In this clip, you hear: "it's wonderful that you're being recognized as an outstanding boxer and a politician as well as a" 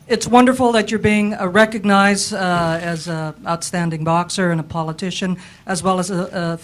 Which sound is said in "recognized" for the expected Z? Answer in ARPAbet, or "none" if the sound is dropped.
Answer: Z